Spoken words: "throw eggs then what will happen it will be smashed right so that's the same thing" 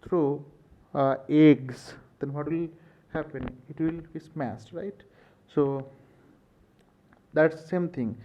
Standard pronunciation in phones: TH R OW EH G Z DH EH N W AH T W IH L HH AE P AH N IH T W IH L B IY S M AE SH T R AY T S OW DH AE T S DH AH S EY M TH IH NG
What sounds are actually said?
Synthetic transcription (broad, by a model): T R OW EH G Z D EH N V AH T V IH L HH AE P AH N IH T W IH L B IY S M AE S T R AY T S OW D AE T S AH S EY M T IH NG